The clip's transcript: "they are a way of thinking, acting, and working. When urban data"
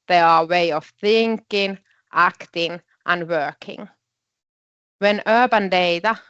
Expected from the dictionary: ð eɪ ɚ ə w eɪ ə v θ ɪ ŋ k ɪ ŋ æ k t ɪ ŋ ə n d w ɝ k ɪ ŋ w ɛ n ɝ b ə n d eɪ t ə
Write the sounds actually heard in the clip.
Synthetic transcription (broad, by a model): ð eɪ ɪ ə w eɪ ə v θ ɪ ŋ k ɪ ŋ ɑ k t ɪ ŋ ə n w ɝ k ɪ ŋ w ɛ n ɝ b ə n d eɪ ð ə